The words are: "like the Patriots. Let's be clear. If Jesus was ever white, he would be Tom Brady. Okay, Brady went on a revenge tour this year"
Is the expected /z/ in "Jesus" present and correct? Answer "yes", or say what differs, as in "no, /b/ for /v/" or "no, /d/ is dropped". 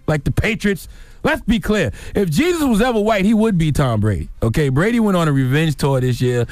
yes